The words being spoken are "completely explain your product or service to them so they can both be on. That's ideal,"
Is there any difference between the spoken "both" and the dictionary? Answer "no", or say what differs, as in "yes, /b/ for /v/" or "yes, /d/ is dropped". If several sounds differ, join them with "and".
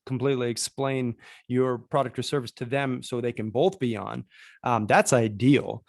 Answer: no